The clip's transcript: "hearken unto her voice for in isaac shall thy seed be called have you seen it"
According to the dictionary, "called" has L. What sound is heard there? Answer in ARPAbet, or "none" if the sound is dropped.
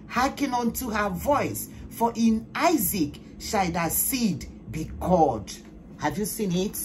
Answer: none